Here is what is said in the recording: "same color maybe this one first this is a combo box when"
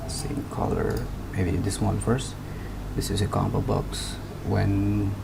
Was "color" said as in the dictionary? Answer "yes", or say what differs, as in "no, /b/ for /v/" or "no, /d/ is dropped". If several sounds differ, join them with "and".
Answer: yes